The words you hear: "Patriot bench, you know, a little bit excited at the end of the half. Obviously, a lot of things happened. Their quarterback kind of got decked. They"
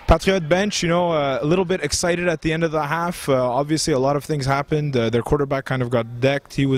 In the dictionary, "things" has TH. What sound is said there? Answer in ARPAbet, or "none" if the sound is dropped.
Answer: TH